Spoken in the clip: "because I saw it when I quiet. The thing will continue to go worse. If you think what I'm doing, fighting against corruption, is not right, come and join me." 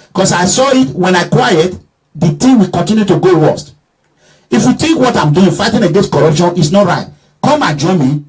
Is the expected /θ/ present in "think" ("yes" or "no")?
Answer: no